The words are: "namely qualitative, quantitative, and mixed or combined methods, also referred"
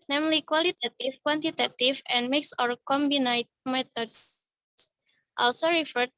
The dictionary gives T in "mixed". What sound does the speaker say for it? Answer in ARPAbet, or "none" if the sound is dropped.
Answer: none